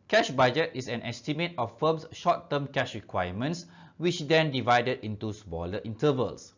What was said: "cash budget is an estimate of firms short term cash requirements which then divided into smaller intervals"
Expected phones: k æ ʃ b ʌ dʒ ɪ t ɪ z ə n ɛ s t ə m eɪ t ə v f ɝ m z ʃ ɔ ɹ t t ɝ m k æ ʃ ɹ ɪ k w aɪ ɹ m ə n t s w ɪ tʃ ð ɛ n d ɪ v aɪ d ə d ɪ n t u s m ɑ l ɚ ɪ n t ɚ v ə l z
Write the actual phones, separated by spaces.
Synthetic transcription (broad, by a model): k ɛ ʃ b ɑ dʒ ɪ t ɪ s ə n ɛ s t ə m eɪ t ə f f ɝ m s ʃ ɔ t t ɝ m k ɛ ʃ ɹ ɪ k w aɪ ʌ m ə n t s w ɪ tʃ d ɛ n d ɪ v aɪ d ə d ɪ n t u s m ɑ l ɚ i n t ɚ v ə l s